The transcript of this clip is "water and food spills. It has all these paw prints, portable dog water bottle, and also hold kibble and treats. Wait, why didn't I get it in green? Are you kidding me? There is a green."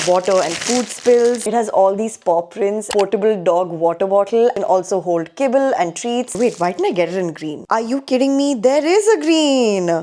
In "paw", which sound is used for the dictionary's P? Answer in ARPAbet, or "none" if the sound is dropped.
P